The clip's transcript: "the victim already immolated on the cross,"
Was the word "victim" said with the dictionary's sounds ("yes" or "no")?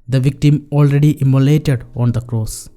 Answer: yes